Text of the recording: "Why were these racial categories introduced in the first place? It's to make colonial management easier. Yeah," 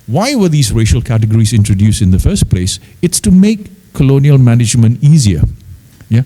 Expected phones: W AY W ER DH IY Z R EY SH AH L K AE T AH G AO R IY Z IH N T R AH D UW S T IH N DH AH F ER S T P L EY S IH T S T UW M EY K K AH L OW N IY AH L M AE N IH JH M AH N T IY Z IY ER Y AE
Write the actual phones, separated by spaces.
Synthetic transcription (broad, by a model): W AY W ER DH IY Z R EY SH AH L K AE T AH G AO R IY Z IH N T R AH D UW S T IH N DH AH F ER S T P L EY S IH T S T UW M EY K K AH L OW N IY AH L M AE N IH JH M AH N T IY Z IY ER Y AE